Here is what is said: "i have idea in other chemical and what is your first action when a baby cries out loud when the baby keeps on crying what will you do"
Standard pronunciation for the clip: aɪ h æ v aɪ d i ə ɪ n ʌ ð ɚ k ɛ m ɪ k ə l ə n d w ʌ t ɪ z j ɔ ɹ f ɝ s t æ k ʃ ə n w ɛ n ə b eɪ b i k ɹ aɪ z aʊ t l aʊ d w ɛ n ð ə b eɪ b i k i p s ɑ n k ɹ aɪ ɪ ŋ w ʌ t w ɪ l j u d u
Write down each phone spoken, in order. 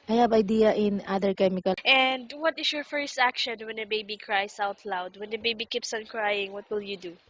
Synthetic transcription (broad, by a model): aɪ h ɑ b aɪ d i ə ɪ n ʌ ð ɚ k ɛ m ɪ k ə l ə n d w ʌ t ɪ s j ɔ ɹ f ɝ s t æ k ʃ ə n w ɛ n ə b eɪ b i k ɹ aɪ s aʊ t l aʊ d w ɛ n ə b eɪ b i k i p s ɑ n k ɹ aɪ ɪ ŋ w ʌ t w ɪ l j u d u